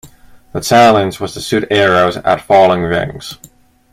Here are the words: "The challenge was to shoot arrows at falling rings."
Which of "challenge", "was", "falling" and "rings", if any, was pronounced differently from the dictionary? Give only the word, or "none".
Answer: challenge